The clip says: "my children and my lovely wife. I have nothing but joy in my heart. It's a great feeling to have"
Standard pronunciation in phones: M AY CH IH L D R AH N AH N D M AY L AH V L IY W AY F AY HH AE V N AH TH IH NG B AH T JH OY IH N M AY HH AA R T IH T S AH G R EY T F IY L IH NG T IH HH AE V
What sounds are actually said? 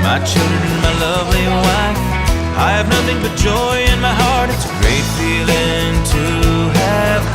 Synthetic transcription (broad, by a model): M AY CH IH L D R AH N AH N M AY L AH V L IY W AY F AY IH V N AH TH IH NG B AH T JH OY IH N M AY HH AA R T IH T S AH G R EY T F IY L IH NG T IH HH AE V